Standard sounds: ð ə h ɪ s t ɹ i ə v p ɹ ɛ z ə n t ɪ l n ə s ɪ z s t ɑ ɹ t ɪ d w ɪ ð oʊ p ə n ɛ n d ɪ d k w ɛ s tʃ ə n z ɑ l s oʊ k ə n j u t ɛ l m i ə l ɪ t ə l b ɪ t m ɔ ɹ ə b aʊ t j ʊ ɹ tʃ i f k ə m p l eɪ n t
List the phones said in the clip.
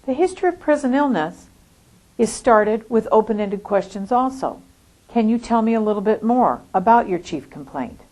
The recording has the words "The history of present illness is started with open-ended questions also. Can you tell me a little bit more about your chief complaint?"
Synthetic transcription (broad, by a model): ð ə h ɪ s t ɹ i ə v p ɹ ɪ z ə n ɪ l n ə s ɪ z s t ɑ ɹ t ɪ d w ɪ ð oʊ p ə n ɛ n d ɪ d k w ɛ s tʃ ə n z ɑ l s oʊ k ə n j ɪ t ɛ l m i ə l ɪ t l b ɪ t m ɔ ɹ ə b aʊ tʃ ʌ ɹ tʃ i f k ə m p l eɪ n t